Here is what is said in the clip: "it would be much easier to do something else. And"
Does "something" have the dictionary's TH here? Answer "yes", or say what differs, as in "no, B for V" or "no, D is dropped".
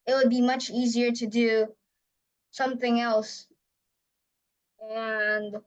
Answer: yes